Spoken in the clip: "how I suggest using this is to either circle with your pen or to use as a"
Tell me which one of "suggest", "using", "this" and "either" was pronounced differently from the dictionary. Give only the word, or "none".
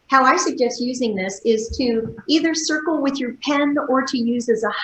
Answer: none